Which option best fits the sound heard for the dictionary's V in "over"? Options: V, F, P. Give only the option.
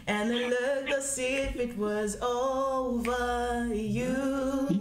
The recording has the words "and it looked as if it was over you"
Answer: V